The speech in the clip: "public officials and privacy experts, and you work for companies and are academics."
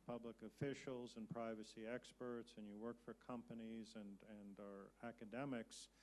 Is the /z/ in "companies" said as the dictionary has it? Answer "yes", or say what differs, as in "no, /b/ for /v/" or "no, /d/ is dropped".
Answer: yes